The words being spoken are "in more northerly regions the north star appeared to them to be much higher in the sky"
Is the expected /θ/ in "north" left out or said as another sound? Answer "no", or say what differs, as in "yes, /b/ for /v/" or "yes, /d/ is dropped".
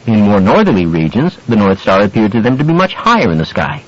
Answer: no